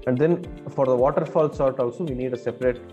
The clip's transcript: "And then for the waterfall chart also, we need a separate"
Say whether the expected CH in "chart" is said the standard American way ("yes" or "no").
no